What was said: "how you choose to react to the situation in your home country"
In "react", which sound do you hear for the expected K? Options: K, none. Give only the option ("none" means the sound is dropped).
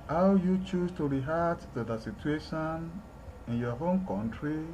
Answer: none